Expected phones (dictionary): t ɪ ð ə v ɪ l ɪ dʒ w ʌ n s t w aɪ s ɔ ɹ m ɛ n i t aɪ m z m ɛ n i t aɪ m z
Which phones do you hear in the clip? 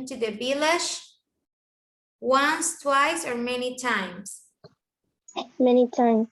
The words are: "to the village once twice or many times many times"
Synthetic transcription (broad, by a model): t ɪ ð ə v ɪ l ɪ ʃ w ʌ n s t w aɪ s ɔ ɹ m ɛ n i t aɪ m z m ɛ n i t aɪ m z